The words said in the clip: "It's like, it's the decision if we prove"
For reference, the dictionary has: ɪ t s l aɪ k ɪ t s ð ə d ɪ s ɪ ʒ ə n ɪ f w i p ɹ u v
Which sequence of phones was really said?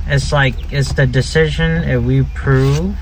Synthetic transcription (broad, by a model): ɪ t s l aɪ k ɪ t s ð ə d ɪ s ɪ ʒ ə n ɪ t w i p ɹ u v